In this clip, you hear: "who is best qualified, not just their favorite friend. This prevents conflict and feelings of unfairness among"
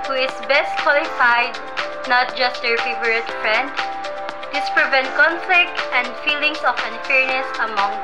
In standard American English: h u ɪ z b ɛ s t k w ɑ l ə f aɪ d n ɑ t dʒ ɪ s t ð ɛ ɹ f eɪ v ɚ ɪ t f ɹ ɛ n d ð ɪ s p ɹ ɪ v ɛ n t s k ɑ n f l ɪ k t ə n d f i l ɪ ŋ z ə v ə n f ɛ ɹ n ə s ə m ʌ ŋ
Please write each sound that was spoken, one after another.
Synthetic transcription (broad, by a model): h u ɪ s b ɛ s t k w ɑ l ə f aɪ d n ɑ t dʒ ɪ s t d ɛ ɹ f eɪ v ɚ ɪ t f ɹ ɛ n d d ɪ s p ɹ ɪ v ɛ n t k ɑ n f l ɪ k t ə n d f i l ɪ ŋ s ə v ə n f ɛ ɹ n ə s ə m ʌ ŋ